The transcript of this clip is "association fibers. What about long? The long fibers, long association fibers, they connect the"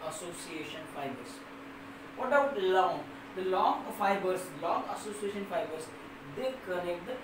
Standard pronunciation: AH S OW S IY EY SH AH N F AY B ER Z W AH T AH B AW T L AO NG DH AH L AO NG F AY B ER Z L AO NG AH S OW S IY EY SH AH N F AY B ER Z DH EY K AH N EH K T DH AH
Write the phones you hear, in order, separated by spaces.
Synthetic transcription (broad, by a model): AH S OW S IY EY SH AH N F AY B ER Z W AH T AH UH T L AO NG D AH L AO NG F AY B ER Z L AO NG AH S OW S IY EY SH AH N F AY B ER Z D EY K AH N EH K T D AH